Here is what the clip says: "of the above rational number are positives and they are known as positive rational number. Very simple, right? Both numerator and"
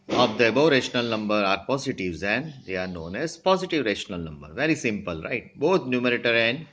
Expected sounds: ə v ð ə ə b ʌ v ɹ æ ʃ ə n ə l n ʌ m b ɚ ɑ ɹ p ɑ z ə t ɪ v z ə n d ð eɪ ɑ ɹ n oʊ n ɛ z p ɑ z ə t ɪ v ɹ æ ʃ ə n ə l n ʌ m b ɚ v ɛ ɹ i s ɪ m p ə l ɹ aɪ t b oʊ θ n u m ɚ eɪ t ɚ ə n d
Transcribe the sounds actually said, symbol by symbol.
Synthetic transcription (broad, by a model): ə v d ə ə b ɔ ɹ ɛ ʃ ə n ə l n ʌ m b ɚ ɑ ɹ p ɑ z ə t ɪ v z ə n d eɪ ɑ ɹ n oʊ n ɛ z p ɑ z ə t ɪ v ɹ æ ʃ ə n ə l n ʌ m b ɚ v ɛ ɹ i s ɪ m p ə l ɹ aɪ t b oʊ t n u m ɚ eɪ t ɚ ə n d